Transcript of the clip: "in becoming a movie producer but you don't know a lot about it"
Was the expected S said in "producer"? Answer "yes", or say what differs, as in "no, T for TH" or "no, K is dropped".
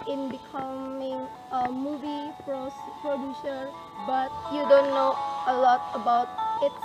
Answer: no, SH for S